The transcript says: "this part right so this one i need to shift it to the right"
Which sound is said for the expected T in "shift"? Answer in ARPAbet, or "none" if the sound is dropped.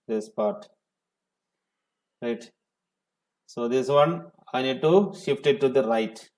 T